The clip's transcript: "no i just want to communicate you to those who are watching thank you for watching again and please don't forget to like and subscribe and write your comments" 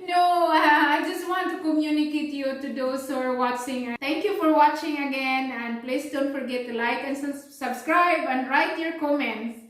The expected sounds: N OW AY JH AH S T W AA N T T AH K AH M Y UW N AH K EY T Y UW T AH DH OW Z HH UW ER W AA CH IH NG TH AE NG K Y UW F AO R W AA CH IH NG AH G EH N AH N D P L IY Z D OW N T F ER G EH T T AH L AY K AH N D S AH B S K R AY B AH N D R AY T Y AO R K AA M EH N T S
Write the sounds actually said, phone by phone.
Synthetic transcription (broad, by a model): N OW AY JH AH S T W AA N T T AH K AH M Y UW N AH K EY T Y UW T AH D OW S HH UW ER W AA CH IH NG T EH NG K Y UW F AO R W AA CH IH NG AH G EH N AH N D P L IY S D OW N T F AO G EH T T AH L AY K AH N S S AH B S K R AY B AH N D R AY T Y AO R K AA M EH N T S